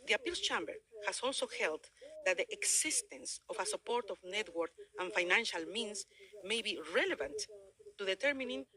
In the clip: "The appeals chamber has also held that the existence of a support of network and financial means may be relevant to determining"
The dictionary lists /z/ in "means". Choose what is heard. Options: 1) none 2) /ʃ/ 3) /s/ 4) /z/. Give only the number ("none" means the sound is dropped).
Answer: 3